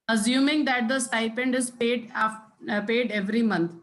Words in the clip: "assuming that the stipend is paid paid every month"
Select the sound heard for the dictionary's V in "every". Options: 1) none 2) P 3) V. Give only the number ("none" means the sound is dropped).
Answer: 3